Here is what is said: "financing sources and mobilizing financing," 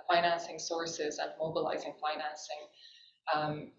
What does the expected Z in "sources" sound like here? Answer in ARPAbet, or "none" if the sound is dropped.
Z